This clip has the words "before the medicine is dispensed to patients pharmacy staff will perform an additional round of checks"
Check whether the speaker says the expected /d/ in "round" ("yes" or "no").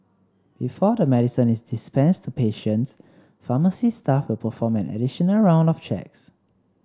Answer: yes